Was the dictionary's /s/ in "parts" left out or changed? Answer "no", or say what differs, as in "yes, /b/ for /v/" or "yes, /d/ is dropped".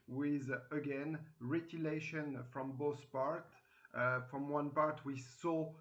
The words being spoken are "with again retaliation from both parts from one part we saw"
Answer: yes, /s/ is dropped